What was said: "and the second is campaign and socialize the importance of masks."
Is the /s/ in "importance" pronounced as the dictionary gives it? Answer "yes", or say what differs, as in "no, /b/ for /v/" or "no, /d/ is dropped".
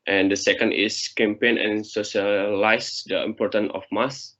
no, /s/ is dropped